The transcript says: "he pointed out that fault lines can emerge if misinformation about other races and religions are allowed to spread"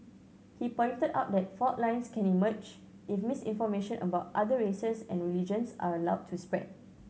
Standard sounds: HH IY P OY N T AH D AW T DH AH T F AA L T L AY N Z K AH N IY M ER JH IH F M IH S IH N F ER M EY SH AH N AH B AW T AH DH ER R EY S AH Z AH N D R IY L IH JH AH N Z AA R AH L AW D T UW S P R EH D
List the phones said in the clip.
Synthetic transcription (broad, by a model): HH IY P OY N T AH D AW T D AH T F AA T L AY N S K AH N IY M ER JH IH F M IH S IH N F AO M EY SH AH N AH B AW T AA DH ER R EY S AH S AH N R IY L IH JH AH N S AA R AH L AW D T UW S P R EH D